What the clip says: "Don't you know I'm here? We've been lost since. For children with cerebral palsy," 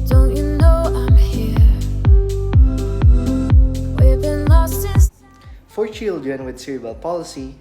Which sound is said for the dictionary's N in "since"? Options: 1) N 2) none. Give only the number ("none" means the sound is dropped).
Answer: 2